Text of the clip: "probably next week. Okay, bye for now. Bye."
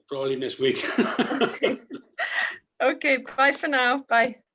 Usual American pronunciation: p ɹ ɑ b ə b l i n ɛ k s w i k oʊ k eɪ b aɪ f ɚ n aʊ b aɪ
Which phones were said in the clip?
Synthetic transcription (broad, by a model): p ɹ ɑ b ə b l i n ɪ s w i k oʊ k eɪ b aɪ f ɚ n aʊ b aɪ